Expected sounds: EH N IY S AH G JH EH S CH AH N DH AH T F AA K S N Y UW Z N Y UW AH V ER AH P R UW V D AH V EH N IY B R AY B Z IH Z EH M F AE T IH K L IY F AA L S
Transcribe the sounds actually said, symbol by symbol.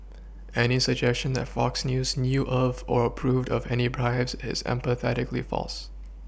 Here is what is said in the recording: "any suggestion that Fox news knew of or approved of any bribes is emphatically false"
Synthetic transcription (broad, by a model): EH N IY S AH G JH EH S CH AH N DH AH T F AA K S N Y UW Z N Y UW AH V ER AH P R UW V D AH V EH N IY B R AY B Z IH Z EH M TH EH T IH K L IY F AA L S